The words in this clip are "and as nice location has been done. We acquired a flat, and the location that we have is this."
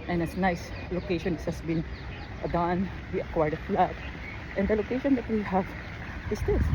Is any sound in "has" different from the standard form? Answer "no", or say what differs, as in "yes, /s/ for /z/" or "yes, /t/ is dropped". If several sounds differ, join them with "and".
yes, /s/ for /z/